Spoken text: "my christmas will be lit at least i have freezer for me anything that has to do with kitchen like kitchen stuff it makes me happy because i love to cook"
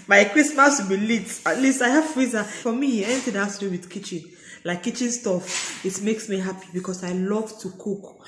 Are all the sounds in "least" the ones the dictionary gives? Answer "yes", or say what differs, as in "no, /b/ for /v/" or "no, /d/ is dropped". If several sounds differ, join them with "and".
yes